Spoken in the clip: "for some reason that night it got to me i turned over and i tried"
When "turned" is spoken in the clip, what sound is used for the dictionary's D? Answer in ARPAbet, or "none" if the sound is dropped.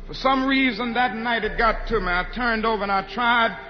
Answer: D